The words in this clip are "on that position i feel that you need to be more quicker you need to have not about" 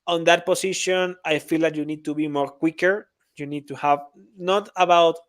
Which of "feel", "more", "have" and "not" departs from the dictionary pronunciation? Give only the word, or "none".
none